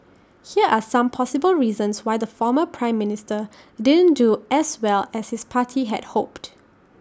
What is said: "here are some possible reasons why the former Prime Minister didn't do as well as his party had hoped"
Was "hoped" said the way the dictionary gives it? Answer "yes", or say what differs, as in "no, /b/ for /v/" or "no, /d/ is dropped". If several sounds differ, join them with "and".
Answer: yes